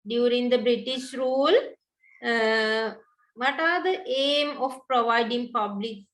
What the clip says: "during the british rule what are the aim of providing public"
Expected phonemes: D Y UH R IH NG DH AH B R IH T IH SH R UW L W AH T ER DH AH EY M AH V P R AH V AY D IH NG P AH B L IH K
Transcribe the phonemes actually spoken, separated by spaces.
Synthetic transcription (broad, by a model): D Y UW R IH NG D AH B R IH T IH SH R UW L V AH T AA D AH EY M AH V P R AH V AY D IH NG P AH B L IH K